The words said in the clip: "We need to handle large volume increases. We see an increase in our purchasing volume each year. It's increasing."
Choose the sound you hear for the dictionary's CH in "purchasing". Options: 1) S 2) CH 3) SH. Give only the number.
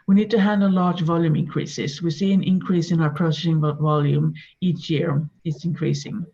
1